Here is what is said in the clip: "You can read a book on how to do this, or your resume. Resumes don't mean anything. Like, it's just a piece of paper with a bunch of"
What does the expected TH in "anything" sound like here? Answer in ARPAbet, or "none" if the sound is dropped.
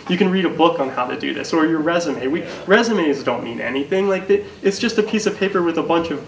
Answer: TH